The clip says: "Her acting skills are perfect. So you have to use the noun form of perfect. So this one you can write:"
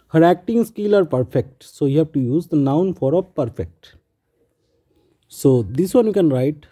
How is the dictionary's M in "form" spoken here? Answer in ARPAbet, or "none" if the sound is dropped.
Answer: none